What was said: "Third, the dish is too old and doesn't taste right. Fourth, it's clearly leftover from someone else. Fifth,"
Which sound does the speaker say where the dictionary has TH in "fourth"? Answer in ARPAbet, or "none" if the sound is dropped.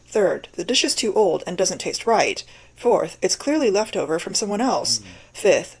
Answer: TH